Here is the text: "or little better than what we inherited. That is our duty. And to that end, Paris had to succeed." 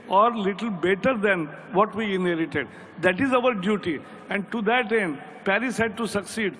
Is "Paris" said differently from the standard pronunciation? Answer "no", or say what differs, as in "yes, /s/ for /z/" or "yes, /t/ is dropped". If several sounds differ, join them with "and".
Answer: no